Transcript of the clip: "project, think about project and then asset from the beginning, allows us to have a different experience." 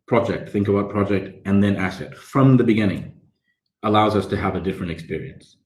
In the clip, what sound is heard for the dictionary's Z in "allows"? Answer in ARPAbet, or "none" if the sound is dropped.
Z